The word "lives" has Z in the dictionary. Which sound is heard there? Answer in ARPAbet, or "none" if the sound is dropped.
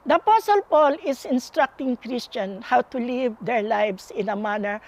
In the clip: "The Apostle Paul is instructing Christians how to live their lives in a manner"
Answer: S